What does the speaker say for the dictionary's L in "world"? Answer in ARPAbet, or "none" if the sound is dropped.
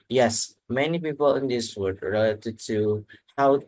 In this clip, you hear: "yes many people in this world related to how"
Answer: none